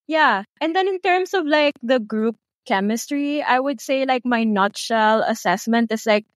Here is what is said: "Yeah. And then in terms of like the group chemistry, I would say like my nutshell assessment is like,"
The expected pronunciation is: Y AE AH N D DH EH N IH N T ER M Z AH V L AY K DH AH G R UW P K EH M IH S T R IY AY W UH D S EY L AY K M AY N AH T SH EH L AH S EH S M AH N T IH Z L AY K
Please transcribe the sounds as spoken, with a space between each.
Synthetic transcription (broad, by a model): Y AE AH N D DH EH N IH N T ER M S AH V L AY K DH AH G R UW P K EH M IH S T R IY AY W UH D S EY L AY K M AY N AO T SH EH L AH S EH S M AH N T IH S L AY K